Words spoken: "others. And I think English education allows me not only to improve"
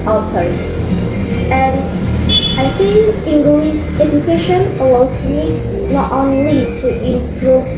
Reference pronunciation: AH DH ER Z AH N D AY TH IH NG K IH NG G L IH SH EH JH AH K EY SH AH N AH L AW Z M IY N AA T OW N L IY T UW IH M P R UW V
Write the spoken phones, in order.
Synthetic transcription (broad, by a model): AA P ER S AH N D AY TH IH NG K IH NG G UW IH S EH JH AH K EY SH AH N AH L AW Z M IY N AA T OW N L IY T UW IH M P R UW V